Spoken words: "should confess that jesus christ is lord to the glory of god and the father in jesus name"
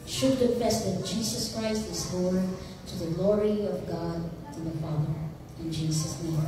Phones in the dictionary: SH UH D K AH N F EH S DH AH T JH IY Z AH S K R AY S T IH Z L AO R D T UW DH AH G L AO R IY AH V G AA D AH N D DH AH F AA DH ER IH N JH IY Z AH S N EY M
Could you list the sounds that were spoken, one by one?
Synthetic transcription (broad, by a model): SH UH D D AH F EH S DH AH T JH IY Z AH S K R AY S T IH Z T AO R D T UW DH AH G L AO R IY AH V G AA D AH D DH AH F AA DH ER IH N JH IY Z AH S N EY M